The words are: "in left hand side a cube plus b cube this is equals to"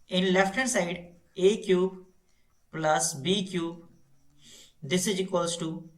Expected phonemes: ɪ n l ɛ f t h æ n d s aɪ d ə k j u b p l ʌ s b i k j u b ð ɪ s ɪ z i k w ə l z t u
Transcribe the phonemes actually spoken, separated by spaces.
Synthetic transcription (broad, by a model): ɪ n l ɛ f t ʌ d s aɪ d ə k j u b p l ʌ s b i k j u b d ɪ s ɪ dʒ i k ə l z t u